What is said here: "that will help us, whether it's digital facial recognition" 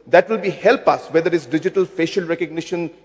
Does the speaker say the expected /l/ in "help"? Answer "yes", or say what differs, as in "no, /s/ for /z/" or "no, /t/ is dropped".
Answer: yes